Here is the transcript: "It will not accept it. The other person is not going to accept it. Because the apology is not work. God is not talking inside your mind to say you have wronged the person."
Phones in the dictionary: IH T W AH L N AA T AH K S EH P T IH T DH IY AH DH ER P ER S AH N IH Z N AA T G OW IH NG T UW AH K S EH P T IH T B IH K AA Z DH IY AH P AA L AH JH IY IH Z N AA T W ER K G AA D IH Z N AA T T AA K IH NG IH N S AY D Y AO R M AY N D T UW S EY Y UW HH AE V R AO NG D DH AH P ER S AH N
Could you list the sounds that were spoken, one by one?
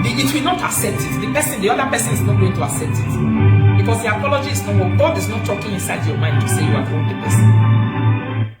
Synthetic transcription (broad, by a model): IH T W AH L N AA T AH K S EH P T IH T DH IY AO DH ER P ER S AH N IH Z N AA T G OW IH NG T UW AH K S EH P T IH T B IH K AA S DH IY AH P AA L AH JH IY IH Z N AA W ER G AA D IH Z N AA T T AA K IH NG IH N S AY D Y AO M AY N D T UW S EY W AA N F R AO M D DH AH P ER S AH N